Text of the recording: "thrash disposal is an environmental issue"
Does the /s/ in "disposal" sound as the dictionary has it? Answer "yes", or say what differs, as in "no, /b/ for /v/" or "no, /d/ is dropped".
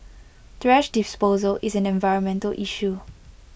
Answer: yes